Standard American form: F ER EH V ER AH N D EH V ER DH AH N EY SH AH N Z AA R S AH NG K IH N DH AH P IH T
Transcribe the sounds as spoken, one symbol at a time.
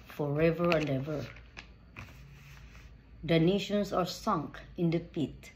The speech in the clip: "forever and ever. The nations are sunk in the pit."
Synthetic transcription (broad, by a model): F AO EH V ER AH N D EH V ER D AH N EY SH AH N S AA R S AH NG K IH N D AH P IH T